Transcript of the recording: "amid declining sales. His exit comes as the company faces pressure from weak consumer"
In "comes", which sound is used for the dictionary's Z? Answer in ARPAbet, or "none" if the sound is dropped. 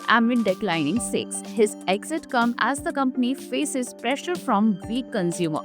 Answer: none